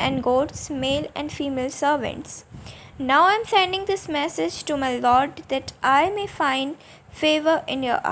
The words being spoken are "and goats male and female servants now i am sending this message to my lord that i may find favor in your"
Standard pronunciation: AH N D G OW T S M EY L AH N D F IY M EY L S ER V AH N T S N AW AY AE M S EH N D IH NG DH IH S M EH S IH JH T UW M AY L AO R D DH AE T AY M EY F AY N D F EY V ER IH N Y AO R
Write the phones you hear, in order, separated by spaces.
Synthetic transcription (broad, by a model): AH N D G OW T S M EY L AH N D F IY M EY L S ER V AH N T S N AW AY M S EH N D IH NG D IH S M EH S IH JH T UW M AY L AO R D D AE T AY M EY F AY N D F EY V ER IH N Y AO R